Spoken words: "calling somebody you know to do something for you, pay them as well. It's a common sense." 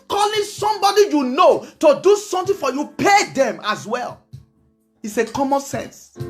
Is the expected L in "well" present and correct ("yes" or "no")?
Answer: yes